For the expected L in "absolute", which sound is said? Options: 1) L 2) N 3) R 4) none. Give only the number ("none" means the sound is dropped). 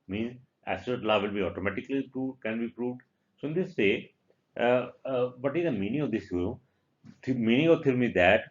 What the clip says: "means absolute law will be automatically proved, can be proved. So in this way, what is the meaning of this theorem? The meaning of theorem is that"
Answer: 4